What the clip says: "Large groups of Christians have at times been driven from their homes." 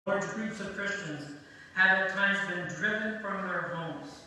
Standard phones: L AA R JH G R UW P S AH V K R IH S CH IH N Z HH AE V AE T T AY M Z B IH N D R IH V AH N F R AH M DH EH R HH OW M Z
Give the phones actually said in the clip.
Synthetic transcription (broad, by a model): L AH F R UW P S AH V K R IH S CH IH N Z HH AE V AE T T AY M Z B IH N D R IH V AH N F R AH M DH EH R HH OW M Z